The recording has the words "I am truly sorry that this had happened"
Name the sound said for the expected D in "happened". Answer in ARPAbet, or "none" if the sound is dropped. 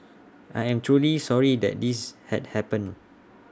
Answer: none